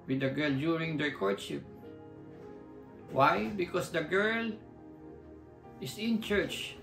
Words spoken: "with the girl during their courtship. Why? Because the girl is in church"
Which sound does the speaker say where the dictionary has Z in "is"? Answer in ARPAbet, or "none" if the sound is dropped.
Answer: S